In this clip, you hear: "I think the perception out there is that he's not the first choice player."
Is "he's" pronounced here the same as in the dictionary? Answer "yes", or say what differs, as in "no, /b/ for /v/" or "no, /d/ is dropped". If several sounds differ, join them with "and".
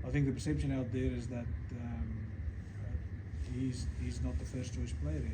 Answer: yes